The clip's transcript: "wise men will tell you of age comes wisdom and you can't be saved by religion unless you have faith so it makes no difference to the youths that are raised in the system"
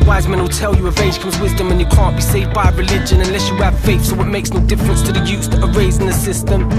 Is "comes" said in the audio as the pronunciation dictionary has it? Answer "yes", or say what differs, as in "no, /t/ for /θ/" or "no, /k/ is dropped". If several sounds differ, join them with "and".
yes